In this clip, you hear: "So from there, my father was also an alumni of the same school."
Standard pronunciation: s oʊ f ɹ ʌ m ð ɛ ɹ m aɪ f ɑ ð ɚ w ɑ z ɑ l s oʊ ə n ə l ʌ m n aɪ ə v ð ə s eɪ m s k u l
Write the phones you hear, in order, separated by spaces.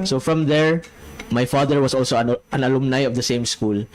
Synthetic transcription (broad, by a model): s oʊ f ɹ ʌ m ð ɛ ɹ m aɪ f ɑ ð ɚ w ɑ s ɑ l s oʊ ə n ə l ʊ m n aɪ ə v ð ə s eɪ m s k u l